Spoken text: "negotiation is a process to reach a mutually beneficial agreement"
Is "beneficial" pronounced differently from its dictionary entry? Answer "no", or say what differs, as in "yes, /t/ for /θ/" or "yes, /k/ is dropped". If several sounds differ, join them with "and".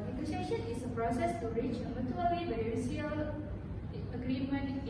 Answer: yes, /n/ is dropped and /ʃ/ is dropped